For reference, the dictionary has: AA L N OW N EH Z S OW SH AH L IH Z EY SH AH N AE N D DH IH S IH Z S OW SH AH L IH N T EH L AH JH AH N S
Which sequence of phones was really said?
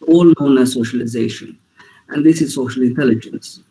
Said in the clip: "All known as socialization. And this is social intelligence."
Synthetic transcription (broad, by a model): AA L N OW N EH S OW SH AH L IH Z EY SH AH N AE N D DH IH S IH Z S OW SH AH L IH N T EH L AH JH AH N S